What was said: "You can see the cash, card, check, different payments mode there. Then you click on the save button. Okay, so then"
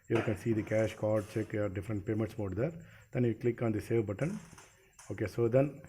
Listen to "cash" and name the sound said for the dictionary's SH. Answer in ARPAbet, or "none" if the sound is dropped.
SH